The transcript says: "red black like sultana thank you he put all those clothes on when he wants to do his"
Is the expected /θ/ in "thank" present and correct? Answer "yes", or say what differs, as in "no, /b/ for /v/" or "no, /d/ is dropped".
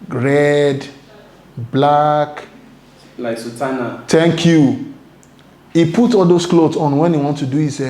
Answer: no, /t/ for /θ/